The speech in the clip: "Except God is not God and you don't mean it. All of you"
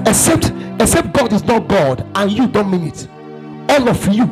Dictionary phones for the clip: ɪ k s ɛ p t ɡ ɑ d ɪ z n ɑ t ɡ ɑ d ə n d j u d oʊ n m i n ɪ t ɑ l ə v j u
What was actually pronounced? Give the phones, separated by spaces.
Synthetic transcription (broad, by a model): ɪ k s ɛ p t ɡ ɑ d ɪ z n ɑ t ɡ ɑ d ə n j u d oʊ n m i n ɪ t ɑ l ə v j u